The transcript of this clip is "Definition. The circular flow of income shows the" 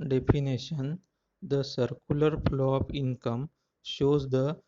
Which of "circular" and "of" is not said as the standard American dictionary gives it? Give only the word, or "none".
of